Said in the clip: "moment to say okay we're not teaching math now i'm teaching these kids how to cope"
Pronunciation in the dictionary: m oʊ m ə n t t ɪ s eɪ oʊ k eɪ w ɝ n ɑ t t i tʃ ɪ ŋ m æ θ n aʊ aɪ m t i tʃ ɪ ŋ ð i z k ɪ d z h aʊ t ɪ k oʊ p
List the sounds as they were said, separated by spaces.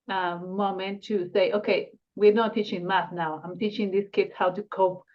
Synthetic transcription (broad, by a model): m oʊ m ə n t t ɪ s eɪ oʊ k eɪ w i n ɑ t t i tʃ ɪ ŋ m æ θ n aʊ aɪ m t i tʃ ɪ ŋ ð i s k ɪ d s h aʊ t ɪ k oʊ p